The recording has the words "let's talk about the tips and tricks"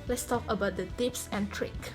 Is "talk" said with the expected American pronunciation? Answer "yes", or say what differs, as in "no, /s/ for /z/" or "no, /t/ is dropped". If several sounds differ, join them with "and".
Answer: yes